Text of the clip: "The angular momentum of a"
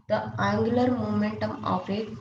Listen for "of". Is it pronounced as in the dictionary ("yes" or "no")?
no